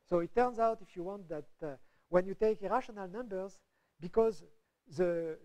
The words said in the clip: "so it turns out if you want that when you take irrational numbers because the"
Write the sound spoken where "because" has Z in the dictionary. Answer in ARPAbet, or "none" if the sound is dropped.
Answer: Z